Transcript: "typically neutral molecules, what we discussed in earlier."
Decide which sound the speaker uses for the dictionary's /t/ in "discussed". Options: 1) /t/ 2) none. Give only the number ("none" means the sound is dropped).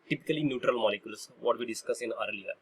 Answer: 2